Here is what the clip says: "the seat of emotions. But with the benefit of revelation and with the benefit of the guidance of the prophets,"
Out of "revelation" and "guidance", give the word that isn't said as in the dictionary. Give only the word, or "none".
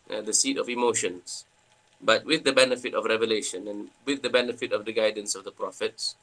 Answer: none